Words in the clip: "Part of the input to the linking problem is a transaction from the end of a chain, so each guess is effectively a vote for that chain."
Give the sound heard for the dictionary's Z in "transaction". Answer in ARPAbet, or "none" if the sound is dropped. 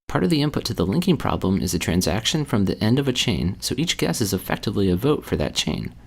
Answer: Z